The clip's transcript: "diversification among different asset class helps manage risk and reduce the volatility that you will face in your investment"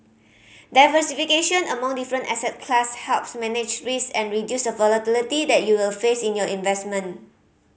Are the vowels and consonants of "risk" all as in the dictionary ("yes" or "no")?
no